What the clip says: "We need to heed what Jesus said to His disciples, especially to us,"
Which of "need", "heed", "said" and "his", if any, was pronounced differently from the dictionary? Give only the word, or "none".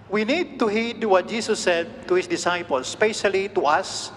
his